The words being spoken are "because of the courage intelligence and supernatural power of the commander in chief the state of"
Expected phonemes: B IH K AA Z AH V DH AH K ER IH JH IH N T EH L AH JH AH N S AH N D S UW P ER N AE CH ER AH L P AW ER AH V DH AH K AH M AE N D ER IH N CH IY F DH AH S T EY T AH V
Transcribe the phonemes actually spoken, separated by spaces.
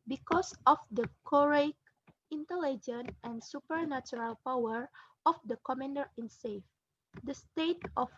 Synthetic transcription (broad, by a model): B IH K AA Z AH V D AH K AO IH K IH N T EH L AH JH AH N AH N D S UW P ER N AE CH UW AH L P AW ER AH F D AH K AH M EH N D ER IH N S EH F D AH S T EY T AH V